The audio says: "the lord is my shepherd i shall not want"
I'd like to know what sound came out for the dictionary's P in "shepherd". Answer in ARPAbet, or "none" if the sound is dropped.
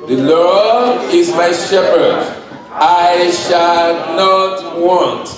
P